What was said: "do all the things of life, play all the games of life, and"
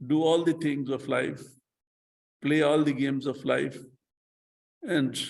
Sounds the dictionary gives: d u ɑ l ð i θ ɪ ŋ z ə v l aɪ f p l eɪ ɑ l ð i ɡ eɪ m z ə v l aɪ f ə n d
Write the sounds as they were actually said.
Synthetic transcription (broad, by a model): d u ɑ l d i t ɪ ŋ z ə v l aɪ f p l eɪ ɑ l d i ɡ eɪ m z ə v l aɪ f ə n d